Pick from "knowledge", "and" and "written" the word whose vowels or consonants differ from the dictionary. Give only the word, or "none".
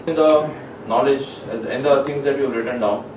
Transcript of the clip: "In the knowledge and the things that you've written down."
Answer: none